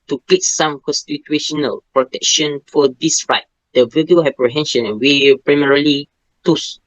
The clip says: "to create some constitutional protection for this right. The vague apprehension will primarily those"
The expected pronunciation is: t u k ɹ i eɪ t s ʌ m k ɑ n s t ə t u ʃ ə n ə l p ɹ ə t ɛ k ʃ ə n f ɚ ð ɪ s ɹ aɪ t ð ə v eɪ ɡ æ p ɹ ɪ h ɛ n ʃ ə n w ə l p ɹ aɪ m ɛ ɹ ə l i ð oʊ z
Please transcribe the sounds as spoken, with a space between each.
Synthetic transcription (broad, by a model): t u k l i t s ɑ m k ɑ n s t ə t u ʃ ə n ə l p ɹ ə t ɛ k ʃ ə n f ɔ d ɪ s ɹ aɪ t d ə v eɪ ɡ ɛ p ɹ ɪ h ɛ n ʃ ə n w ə p ɹ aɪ m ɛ ɹ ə l i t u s